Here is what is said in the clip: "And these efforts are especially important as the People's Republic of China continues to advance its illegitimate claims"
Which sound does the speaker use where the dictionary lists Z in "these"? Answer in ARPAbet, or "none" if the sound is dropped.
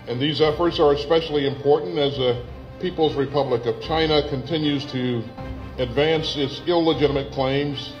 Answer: Z